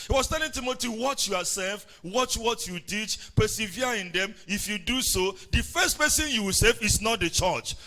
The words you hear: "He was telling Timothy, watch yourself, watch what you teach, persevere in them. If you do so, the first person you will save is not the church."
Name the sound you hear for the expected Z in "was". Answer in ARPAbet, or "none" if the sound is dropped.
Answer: S